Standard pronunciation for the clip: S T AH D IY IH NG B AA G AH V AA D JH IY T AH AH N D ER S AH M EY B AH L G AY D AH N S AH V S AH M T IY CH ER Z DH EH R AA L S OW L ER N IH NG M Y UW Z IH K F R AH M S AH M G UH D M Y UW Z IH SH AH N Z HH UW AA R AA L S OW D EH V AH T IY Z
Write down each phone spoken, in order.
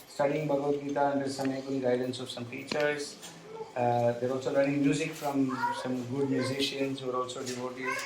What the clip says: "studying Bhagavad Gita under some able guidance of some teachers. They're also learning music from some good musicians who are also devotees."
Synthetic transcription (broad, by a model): S T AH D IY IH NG B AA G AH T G IY T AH AH N D ER S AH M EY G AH N G AY D AH N S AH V S AH M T IY CH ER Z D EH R AA L S OW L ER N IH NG M Y UW Z IH K F R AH M S AH M G UH D M Y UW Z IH SH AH N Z AA R AA L S OW D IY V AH T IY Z